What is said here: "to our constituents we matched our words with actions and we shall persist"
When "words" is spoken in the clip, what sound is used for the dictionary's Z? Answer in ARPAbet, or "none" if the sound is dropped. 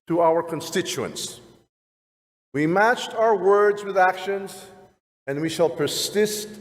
Z